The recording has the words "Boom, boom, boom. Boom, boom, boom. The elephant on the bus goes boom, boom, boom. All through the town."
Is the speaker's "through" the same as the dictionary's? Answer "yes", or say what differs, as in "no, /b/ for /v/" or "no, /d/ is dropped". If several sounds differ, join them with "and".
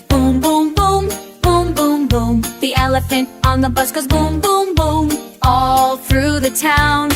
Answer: yes